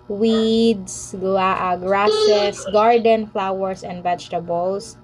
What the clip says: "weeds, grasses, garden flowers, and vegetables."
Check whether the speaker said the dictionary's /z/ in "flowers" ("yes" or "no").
no